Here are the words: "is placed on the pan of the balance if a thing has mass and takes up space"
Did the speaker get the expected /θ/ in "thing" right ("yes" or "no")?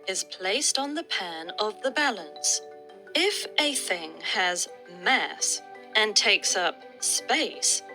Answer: yes